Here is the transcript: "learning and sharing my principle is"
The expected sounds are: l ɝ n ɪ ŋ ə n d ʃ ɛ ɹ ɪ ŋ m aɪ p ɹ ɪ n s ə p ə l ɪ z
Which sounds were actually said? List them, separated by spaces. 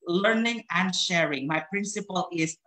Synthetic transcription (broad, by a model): l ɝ n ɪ ŋ ə n d ʃ ɛ ɹ ɪ ŋ m aɪ p ɹ ɪ n s ə p ə l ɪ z